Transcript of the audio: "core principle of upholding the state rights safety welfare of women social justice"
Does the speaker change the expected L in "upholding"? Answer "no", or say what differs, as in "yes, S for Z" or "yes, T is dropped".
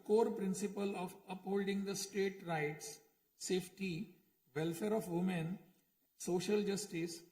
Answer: no